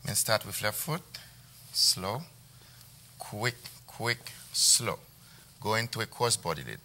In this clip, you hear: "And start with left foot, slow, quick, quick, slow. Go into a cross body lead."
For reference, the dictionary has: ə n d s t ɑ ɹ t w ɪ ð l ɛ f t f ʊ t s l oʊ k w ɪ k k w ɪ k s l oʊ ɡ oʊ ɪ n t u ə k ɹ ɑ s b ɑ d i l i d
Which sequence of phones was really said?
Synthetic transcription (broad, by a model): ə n s t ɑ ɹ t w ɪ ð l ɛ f f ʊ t s l oʊ k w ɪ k k w ɪ k s l oʊ ɡ oʊ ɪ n t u ə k ɑ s b ɑ d i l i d